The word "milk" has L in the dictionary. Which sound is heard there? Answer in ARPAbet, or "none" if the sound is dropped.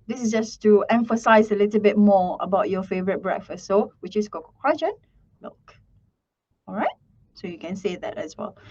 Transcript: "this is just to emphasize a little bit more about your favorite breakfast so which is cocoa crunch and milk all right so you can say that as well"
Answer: none